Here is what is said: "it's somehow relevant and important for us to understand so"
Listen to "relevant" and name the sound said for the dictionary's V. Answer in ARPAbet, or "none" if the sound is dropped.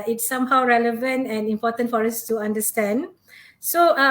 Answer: V